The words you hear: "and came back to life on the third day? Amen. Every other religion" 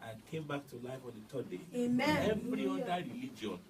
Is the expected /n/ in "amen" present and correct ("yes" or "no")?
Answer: no